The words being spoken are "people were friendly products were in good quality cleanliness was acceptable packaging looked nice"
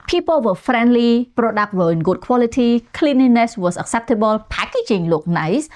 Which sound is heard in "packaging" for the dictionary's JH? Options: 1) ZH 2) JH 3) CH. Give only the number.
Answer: 3